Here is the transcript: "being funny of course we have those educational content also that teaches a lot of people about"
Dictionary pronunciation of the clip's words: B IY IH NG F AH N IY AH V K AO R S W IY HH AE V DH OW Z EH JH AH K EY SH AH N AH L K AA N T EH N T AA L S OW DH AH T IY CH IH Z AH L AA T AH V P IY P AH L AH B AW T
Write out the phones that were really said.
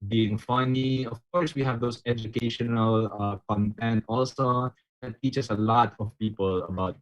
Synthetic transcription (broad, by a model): B IY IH NG F AH N IY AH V K AO R S W IY HH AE V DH OW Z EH JH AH K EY SH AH N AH L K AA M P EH N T AA L S OW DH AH T IY CH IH S AH L AA T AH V P IY P AH L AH B AW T